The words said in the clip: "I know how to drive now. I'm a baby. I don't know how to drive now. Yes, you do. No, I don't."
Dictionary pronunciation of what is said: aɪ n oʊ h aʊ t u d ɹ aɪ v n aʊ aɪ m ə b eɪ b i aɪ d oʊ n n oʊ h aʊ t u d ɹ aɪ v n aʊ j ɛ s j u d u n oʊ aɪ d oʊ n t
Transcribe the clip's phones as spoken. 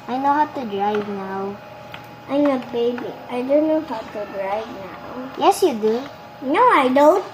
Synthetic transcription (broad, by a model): aɪ n oʊ h aʊ t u d ɹ aɪ v n aʊ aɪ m ə b eɪ b i aɪ d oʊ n n oʊ h aʊ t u d ɹ aɪ v n aʊ j ɛ s j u d u n oʊ aɪ d oʊ n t